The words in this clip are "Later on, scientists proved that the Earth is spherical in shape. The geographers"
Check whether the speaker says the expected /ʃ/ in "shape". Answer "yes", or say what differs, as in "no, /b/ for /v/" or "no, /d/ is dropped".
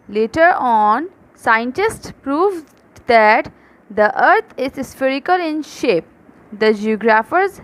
yes